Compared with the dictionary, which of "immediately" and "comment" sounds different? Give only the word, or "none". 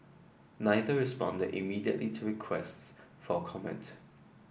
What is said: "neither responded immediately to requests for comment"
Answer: none